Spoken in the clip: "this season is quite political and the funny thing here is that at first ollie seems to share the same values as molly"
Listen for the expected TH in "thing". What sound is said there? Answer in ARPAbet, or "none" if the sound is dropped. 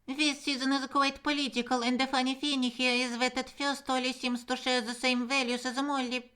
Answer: F